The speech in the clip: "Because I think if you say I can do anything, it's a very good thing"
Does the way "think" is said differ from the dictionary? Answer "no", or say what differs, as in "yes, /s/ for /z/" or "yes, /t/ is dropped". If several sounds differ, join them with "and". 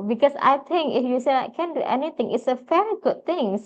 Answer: yes, /t/ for /θ/